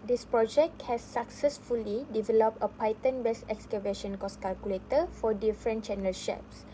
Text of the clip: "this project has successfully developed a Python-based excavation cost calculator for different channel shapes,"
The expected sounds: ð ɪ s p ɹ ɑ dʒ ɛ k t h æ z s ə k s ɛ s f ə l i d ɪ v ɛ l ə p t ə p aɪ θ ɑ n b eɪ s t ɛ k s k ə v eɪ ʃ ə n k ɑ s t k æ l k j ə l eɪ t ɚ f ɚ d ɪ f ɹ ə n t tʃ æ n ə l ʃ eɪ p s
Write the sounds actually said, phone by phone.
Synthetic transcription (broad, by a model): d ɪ s p ɹ ɑ dʒ ɛ k t h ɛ s ə k s ɛ s f ə l i d ɪ v ɛ l ə p t ə p aɪ t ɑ n b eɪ s ɛ k s k ə v eɪ ʃ ə n k ɑ s k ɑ l k j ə l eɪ t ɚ f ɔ d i f ɹ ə n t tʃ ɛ n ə l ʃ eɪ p s